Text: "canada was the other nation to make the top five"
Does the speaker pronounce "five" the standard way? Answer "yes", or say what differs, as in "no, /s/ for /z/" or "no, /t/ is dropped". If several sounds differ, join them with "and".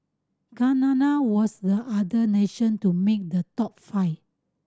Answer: no, /v/ is dropped